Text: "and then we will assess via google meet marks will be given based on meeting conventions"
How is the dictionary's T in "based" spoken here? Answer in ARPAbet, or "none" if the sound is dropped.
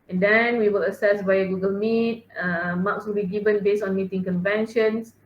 none